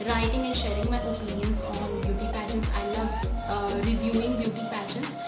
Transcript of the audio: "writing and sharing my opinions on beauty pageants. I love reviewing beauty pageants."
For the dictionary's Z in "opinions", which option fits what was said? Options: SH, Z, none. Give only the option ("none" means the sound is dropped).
none